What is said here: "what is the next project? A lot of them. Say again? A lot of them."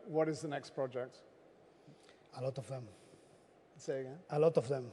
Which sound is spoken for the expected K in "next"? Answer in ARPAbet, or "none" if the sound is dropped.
K